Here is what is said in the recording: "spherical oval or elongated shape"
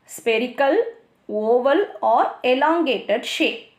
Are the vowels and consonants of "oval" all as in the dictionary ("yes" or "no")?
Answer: yes